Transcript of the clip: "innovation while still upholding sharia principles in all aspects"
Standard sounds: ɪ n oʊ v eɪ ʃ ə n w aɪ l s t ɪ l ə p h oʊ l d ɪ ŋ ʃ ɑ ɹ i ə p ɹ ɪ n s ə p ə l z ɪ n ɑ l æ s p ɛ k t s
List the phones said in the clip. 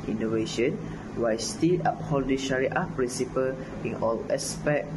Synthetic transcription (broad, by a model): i n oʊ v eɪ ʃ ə n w aɪ s t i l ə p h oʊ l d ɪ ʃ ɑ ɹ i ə p ɹ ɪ n s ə p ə l ɪ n ɑ l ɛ s p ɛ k